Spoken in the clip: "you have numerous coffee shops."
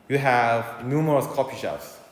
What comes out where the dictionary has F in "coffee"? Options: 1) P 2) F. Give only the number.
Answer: 1